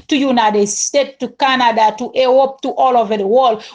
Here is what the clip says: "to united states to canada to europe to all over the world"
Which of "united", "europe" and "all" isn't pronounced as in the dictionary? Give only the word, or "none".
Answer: europe